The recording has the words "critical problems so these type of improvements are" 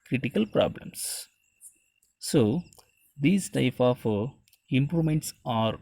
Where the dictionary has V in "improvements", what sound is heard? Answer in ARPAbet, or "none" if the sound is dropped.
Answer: none